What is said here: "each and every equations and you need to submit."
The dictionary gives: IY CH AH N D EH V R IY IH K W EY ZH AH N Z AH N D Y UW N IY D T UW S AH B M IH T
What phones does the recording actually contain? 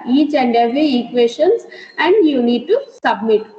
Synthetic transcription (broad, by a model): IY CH AH N D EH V IY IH K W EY SH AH N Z AH N D Y UW N IY D T UW S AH B M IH T